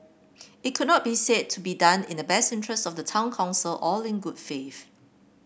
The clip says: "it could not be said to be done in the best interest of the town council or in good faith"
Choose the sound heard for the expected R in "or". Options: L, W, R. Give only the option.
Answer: L